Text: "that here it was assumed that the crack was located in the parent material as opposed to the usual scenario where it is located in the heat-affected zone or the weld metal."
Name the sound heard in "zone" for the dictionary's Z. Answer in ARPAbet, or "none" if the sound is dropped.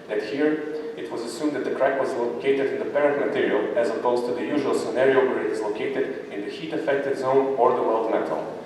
Z